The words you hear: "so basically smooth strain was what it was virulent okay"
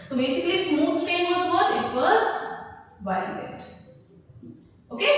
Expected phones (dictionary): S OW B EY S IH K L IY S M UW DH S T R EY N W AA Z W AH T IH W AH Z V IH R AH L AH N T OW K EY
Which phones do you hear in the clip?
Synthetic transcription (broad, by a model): S OW B EY S IH K L IY S M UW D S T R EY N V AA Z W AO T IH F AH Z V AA AH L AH T OW K EY